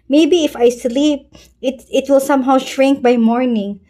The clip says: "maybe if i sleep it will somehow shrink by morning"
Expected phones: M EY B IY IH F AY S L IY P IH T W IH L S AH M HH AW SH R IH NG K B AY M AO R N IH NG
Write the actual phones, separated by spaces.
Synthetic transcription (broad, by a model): M EY B IY IH F AY S L IY P IH T W IH L S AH M HH AW SH R IH NG K B AY M AO R N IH NG